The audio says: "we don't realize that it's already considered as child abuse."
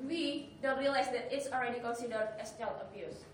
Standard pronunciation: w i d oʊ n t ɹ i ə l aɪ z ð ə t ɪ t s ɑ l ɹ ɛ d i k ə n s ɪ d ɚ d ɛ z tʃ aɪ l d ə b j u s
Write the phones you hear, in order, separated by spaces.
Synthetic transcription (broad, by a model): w i d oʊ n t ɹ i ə l aɪ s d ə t ɪ t s ɑ l ɹ ɛ d i k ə n s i d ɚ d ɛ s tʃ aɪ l ə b j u s